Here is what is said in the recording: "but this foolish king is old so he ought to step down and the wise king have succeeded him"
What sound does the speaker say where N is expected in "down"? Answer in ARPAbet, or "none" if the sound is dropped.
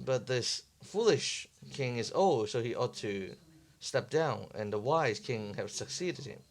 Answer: N